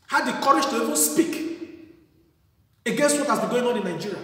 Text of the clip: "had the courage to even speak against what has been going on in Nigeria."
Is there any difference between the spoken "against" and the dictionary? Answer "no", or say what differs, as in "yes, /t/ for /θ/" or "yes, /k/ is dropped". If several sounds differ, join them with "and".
no